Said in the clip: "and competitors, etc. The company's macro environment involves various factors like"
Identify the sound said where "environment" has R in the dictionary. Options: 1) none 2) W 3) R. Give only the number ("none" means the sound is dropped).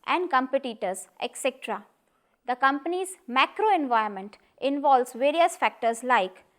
1